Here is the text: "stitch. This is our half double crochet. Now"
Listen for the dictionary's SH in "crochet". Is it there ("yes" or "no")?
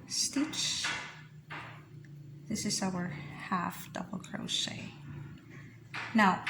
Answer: no